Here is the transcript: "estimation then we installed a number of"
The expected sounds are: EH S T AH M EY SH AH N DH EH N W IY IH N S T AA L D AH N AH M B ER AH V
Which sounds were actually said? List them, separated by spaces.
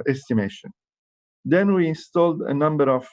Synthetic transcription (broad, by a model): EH S T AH M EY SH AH N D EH N W IY IH N S T AA L D AH N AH M B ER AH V